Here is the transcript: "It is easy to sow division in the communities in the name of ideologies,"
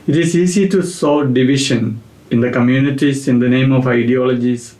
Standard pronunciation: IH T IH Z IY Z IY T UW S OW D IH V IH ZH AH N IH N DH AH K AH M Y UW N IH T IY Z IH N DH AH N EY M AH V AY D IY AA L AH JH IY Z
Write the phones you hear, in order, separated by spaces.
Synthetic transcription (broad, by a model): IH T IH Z IY S IY T UW S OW D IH V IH SH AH N IH N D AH K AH M Y UW N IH T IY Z IH N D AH N EY M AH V AY D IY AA L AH JH IY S